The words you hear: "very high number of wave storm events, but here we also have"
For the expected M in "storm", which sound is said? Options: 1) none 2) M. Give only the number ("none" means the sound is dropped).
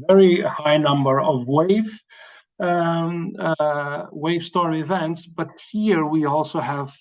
1